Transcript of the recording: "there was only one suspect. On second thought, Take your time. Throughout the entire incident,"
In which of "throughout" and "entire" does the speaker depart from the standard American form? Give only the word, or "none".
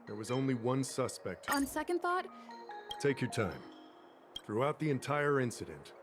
none